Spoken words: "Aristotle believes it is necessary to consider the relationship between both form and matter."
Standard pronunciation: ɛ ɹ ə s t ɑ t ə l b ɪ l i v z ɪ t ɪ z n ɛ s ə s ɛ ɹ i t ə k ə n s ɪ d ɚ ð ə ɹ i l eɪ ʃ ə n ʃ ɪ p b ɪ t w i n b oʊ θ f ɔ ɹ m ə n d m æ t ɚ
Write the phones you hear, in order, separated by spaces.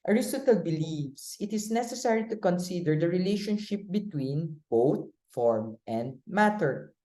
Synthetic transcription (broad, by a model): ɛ ɹ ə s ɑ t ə l b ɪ l i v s ɪ t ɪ s n ɛ s ə s ɛ ɹ i t ə k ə n s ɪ d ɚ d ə ɹ i l eɪ ʃ ə n ʃ ɪ p b ɪ t w i n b oʊ t f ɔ ɹ m ə n d m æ t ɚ